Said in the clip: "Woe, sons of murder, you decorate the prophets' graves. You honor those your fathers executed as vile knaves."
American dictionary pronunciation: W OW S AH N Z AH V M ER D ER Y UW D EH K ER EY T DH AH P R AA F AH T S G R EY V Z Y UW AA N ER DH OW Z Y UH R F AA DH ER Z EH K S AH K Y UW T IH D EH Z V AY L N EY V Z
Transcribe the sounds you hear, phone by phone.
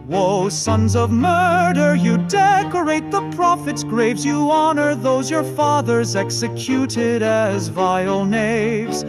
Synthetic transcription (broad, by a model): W OW S AH N Z AH V M ER D ER Y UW D EH K ER EY T DH AH P R AA F AH T S G R EY V Z Y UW AA N ER DH OW Z Y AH R F AA DH ER Z EH K S AH K Y UW T IH D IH Z V AY L N EY V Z